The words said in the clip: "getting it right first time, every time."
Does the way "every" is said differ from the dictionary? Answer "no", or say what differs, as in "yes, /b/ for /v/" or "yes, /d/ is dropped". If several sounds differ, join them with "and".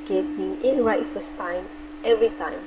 no